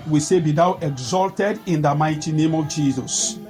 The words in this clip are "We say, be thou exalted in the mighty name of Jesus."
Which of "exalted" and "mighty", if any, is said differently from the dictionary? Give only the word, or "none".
none